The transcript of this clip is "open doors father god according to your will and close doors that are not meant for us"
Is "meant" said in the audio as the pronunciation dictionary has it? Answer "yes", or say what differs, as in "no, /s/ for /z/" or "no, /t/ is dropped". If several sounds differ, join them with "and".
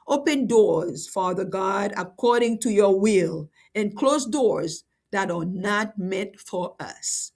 no, /n/ is dropped